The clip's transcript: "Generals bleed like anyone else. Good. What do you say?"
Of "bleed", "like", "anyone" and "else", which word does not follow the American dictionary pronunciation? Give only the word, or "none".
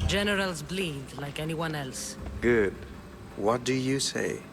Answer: none